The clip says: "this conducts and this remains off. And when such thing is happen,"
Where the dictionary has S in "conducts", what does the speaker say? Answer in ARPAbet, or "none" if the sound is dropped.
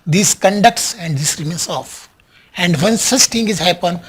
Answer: S